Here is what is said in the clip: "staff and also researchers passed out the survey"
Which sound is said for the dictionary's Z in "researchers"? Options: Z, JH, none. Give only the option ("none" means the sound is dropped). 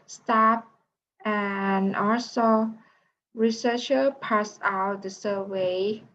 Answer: none